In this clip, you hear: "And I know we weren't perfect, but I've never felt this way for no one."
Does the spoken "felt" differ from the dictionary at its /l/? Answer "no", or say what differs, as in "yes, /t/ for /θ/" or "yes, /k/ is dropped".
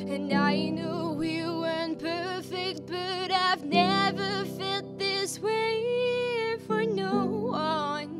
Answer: yes, /l/ is dropped